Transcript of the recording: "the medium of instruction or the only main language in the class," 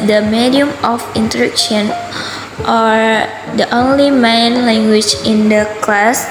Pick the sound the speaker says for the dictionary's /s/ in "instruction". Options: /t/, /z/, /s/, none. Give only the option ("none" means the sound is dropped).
none